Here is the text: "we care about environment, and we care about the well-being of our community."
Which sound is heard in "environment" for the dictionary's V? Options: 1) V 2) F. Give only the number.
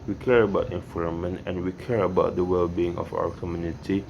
2